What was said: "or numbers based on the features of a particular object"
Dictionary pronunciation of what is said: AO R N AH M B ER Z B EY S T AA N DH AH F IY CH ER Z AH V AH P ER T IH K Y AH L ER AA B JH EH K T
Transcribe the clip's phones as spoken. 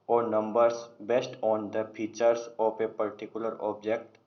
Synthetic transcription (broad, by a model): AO R N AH M B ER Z B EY S T AA N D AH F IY CH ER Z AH P AH P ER T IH K Y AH L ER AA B JH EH K T